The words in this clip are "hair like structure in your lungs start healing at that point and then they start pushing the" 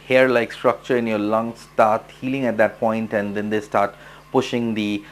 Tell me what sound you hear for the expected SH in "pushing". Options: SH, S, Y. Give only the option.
SH